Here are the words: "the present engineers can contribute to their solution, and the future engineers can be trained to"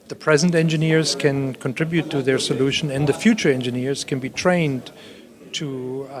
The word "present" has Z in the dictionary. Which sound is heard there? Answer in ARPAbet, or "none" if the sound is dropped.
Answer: Z